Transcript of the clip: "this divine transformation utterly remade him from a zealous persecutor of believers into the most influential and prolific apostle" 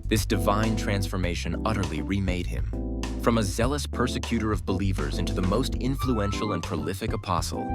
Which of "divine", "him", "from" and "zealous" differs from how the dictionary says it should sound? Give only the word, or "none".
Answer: none